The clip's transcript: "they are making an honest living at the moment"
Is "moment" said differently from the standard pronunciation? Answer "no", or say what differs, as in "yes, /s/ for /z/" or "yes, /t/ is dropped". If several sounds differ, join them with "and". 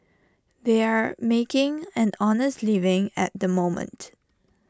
no